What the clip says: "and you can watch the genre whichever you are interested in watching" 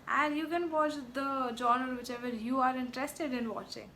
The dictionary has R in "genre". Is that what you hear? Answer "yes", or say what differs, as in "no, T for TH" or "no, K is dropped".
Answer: no, R is dropped